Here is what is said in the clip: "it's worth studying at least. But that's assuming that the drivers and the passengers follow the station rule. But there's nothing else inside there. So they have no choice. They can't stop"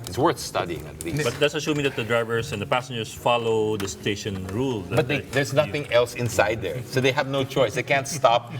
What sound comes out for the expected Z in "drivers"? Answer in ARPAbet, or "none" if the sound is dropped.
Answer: S